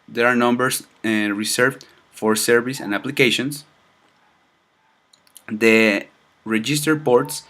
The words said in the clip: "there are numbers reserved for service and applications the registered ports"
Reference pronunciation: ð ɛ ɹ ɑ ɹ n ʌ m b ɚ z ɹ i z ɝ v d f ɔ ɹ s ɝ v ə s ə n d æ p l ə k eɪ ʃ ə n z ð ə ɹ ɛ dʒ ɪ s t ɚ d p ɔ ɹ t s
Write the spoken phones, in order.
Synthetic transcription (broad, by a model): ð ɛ ɹ ɑ ɹ n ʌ m b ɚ s ɹ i s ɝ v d f ɔ ɹ s ɝ v ə s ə n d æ p l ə k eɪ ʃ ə n s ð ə ɹ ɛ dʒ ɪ s t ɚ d p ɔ ɹ t s